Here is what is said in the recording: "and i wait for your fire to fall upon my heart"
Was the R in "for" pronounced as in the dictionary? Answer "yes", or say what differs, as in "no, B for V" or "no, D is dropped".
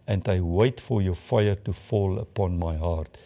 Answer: yes